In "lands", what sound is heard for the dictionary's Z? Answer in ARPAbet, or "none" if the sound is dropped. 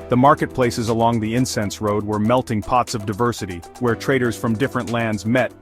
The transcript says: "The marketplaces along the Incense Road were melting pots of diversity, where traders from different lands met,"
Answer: Z